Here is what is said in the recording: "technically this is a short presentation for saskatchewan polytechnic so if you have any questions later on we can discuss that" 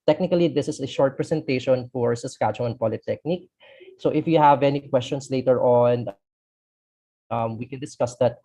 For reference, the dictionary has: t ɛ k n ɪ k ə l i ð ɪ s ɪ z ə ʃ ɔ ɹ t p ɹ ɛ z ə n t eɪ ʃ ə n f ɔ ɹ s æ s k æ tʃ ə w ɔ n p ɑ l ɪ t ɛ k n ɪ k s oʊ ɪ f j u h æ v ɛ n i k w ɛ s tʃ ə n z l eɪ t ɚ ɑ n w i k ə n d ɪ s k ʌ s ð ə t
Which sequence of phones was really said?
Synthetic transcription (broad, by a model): t ɛ k n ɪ k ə l i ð ɪ s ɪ s ə ʃ ɔ ɹ t p ɹ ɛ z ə n t eɪ ʃ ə n f ɔ ɹ s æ s k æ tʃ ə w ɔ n p ɑ l ɪ t ɛ k n ɪ k s oʊ ɪ f j u h æ v ɛ n i k w ɛ s tʃ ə n s l eɪ t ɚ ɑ n w i k ə n d ɪ s k ʌ s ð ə t